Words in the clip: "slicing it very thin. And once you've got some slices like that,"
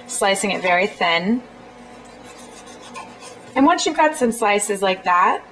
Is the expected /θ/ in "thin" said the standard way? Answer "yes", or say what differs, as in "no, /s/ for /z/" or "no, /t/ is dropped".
yes